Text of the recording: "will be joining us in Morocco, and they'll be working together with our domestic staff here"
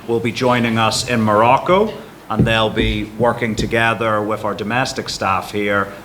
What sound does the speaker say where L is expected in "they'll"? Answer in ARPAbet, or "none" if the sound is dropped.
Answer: L